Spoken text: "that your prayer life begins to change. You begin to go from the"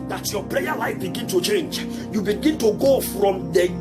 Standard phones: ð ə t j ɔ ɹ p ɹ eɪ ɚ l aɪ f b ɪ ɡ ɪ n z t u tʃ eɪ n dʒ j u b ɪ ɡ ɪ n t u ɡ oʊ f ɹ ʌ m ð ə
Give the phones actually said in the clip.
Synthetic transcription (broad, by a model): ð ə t j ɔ p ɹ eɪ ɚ l aɪ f b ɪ ɡ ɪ n t u tʃ eɪ n dʒ j u b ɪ ɡ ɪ n t u ɡ oʊ f ɹ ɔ m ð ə